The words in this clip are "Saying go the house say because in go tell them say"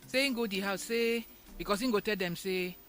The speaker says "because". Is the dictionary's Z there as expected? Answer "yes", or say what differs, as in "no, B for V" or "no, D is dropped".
no, S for Z